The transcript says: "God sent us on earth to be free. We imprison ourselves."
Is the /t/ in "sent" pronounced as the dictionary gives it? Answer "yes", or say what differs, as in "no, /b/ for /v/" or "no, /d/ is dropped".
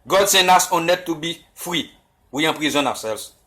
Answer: no, /t/ is dropped